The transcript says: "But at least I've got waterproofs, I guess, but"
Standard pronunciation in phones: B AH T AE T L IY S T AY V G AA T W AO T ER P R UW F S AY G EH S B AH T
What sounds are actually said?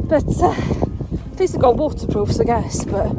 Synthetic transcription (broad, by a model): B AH T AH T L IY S AH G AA W AO T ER P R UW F S AY G EH S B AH T